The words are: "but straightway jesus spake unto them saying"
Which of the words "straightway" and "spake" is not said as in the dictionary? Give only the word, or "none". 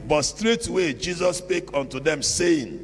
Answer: none